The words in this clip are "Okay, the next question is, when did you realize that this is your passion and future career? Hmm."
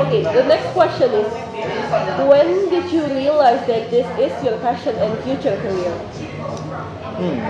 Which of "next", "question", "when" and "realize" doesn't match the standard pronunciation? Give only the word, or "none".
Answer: none